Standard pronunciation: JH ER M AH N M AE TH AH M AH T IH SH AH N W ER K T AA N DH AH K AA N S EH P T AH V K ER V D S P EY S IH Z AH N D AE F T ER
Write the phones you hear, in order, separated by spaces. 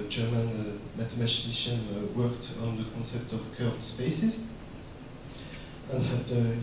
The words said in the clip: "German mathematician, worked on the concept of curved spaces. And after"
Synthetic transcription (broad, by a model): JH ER M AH N M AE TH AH M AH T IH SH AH N W ER K T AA N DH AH K AA N S EH P T AH V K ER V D S P EY S IH Z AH N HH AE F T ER